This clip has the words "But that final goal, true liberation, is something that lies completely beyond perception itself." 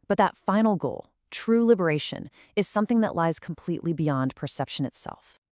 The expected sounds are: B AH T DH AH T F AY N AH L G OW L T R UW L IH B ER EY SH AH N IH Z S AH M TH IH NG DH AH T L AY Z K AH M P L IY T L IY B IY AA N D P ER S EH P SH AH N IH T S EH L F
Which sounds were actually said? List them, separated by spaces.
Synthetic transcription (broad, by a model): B AH T DH AH T F AY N L G OW L T R UW L IH B ER EY SH AH N IH Z S AH M TH IH NG DH AH T L AY Z K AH M P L IY T L IY B IY AA N P ER S EH P SH AH N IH T S EH L F